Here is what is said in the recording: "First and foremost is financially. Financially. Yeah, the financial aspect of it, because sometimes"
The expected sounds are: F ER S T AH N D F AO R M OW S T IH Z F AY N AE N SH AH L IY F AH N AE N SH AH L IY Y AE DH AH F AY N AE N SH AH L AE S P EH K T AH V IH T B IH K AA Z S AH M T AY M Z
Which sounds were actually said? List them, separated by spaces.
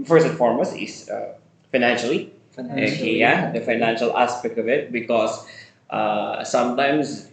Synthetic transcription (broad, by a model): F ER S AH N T F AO R M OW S IH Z F AY N AE N SH AH L IY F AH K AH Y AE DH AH F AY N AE N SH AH L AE S P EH K T AH V IH T B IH K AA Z S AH M T AY M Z